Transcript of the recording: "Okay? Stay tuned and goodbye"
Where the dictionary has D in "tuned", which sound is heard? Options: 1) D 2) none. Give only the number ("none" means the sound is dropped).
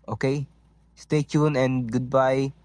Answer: 2